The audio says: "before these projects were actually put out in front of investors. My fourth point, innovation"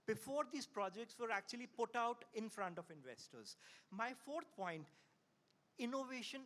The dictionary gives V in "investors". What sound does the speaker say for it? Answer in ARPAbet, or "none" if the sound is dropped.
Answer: V